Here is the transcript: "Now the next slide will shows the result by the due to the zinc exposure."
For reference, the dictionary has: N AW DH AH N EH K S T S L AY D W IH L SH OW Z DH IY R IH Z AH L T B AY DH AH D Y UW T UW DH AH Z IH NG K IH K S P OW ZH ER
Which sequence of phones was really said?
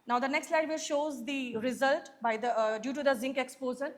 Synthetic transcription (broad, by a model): N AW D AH N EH K S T S L AY D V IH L SH OW Z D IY R IH Z AH L T B AY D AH D Y UW T UW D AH Z IH NG K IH K S P OW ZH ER